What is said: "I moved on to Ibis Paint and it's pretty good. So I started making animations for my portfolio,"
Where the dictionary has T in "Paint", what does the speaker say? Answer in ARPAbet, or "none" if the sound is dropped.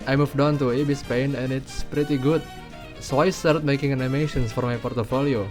none